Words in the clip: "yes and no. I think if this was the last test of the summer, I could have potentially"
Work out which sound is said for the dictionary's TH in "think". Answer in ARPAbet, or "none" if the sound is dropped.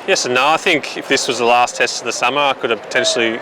TH